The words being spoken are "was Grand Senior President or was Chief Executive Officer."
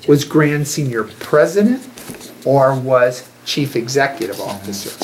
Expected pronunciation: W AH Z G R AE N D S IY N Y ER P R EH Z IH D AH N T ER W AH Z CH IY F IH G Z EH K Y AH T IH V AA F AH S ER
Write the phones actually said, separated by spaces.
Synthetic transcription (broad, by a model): W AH Z G R AE N D S IY N Y ER P R EH Z IH D AH N T ER W AH Z CH IY F IH G Z EH K Y AH T IH V AA F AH S ER